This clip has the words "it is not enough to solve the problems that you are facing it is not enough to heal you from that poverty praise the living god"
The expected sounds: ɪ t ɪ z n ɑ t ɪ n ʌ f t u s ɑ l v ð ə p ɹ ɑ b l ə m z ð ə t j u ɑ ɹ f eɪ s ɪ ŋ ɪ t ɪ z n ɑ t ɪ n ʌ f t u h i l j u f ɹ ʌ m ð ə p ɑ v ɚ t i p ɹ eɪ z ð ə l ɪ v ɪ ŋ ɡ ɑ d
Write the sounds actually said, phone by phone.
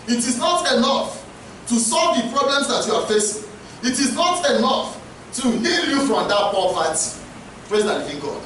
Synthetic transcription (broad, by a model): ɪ t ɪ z n ɑ t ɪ n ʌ f t u s ɑ l v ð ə p ɹ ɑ b l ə m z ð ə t j u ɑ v f eɪ s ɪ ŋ ɪ t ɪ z n ɑ t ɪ n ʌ f t u h i l j u f ɹ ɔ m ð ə p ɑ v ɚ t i p ɹ eɪ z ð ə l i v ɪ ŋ ɡ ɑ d